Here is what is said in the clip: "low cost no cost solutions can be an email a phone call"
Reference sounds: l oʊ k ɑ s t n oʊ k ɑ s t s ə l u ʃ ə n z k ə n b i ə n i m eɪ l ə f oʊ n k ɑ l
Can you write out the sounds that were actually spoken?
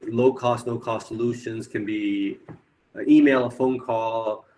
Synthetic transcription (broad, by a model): l oʊ k ɑ s t l oʊ k ɑ s t s ə l u ʃ ə n z k ə n b i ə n i m eɪ l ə f oʊ n k ɑ l